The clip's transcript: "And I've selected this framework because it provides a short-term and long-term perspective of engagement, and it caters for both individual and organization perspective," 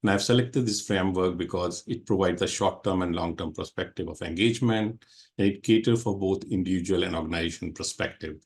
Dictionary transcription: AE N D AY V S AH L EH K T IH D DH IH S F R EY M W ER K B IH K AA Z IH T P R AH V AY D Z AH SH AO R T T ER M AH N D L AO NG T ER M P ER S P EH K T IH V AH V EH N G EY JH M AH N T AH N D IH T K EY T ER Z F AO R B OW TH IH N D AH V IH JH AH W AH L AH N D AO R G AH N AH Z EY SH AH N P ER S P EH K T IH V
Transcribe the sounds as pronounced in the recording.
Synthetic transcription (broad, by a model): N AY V S AH L EH K T IH D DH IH S F R EY M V ER K B IH K AA Z IH T P R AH V AY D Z AH SH AO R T T ER M AH N D L AO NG T ER M P ER S P EH K T IH V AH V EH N G EY JH M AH N T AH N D IH T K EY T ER F AO R B OW T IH N D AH V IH JH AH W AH L AH N D AO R G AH N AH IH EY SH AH N P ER S P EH K T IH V